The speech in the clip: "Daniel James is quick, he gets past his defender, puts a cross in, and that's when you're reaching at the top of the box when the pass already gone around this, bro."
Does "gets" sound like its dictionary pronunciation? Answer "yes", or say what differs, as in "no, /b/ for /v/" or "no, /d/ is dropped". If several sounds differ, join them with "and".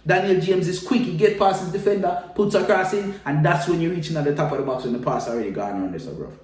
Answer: no, /s/ is dropped